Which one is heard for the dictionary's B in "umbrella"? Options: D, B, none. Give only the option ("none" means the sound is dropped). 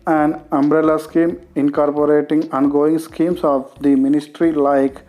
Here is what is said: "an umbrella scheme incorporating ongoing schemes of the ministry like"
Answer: B